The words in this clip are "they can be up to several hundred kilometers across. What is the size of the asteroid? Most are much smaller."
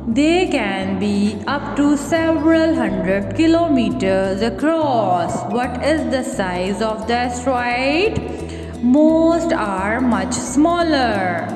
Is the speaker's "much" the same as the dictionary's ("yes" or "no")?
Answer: yes